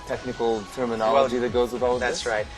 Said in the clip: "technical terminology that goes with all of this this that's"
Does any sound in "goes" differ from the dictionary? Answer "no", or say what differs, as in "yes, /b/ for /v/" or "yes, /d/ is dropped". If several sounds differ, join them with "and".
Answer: no